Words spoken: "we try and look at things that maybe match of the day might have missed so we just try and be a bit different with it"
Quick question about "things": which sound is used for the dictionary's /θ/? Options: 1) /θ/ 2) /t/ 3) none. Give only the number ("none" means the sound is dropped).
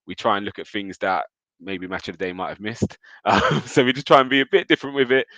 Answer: 1